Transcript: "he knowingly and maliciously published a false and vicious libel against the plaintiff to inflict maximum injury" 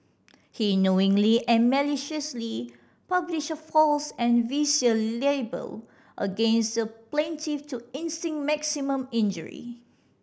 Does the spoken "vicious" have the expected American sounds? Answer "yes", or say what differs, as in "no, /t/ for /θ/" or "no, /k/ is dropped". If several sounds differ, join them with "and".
no, /s/ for /ʃ/